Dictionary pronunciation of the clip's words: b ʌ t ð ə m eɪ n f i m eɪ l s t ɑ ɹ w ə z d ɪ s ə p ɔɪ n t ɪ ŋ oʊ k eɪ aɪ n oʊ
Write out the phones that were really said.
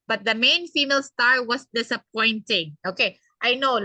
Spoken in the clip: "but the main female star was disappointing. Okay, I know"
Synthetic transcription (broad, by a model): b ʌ t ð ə m eɪ n f i m eɪ l s t ɑ ɹ w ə s d ɪ s ə p ɔɪ n t ɪ ŋ oʊ k eɪ aɪ n oʊ